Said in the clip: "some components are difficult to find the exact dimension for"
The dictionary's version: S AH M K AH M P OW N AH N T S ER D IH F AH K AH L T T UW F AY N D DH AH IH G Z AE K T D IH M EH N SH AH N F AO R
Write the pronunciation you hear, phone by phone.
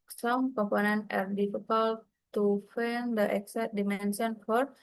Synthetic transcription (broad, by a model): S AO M K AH M P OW N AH N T ER D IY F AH K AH L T T UW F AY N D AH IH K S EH T D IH M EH N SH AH N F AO R